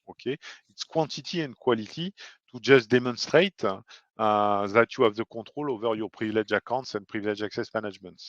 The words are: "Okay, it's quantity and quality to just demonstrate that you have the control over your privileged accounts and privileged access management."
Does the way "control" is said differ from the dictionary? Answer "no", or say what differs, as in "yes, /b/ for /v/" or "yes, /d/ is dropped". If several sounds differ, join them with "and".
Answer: yes, /n/ is dropped